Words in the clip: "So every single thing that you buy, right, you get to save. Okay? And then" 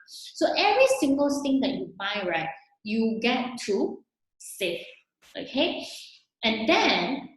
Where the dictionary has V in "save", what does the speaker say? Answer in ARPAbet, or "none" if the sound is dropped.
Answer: F